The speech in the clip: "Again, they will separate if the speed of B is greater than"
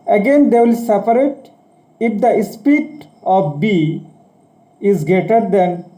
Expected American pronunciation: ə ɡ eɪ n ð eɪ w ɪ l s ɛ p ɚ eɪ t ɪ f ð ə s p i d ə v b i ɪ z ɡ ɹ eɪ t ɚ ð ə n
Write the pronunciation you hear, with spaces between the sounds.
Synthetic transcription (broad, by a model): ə ɡ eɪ n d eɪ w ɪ l s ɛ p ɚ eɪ t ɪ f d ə s p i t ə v b i ɪ z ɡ eɪ t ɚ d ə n